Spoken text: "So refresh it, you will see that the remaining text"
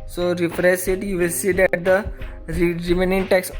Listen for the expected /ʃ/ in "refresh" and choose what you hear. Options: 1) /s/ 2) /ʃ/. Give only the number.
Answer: 1